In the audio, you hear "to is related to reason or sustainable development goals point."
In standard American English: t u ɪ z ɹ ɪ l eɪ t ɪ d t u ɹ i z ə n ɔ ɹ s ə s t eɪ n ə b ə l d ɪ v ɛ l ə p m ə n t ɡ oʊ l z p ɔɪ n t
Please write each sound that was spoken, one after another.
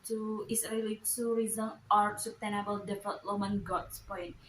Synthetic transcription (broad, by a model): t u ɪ s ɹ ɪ l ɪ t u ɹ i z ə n ɔ ɹ s ə s t eɪ n ə b ə l d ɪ f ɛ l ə m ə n ɡ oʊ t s p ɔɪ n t